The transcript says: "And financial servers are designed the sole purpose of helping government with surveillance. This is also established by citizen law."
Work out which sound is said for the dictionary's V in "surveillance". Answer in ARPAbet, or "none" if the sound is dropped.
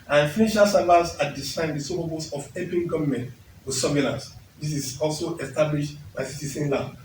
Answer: B